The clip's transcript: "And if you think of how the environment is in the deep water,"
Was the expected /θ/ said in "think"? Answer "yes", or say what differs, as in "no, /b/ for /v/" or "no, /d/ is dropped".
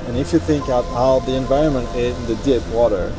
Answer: yes